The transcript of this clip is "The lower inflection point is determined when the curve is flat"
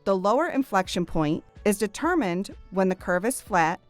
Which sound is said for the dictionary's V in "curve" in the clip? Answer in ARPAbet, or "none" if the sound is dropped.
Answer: V